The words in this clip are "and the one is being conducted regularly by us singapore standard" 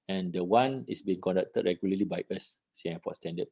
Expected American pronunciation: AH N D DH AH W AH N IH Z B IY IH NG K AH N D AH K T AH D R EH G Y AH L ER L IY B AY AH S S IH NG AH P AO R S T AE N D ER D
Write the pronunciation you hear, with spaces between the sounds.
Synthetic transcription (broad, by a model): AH N D AH W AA N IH S B IY IH NG K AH N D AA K T AH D R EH G Y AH L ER L IY B AY AH S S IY AH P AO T S T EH N D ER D